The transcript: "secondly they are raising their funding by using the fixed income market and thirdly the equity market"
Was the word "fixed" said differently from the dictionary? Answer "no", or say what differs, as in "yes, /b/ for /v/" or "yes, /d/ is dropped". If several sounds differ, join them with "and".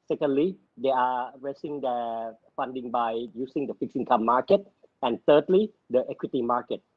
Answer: yes, /t/ is dropped